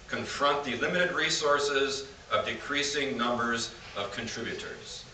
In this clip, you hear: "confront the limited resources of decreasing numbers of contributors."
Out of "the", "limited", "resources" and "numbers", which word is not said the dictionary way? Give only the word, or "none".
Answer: none